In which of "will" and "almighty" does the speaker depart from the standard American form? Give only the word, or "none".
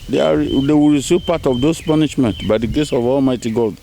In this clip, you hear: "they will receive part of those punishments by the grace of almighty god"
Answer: will